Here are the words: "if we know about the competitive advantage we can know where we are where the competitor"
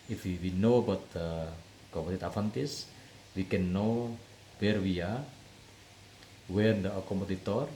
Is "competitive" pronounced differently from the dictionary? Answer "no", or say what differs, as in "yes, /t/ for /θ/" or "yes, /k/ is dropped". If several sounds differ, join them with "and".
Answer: yes, /f/ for /v/